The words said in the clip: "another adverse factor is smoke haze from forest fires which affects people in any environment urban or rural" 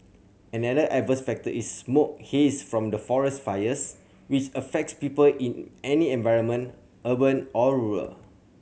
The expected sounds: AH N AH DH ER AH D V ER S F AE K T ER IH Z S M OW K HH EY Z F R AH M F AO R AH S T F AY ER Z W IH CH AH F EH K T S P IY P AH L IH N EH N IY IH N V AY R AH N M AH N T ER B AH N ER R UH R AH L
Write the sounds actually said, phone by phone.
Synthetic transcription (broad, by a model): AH N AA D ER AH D V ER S F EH K T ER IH S M OW K HH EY S F R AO M F AO R AH S T F AY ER S W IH CH AH F EH K T S P IY P AH L IH N EH N IY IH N V AY R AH N M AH N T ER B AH N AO R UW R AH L